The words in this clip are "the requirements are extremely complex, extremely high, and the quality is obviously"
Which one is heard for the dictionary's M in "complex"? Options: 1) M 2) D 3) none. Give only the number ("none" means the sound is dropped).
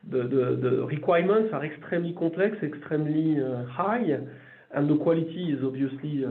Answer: 3